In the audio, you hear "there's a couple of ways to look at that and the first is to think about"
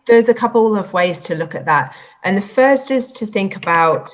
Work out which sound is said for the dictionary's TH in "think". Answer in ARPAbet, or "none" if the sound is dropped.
TH